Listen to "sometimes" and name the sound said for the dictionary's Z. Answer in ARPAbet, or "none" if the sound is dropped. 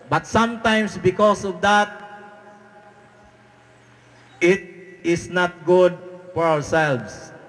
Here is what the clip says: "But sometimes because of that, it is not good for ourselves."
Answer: S